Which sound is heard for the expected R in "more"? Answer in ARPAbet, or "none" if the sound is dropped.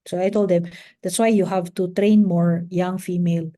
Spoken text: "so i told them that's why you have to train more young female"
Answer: R